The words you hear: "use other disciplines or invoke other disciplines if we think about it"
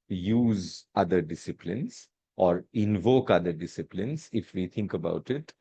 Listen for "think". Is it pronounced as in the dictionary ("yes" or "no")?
no